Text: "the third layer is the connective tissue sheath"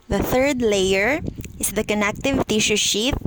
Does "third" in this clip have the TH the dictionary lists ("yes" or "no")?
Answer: yes